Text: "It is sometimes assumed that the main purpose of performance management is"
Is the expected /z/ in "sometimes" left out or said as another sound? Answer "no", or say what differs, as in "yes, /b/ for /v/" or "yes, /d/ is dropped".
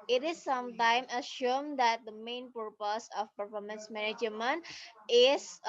yes, /z/ is dropped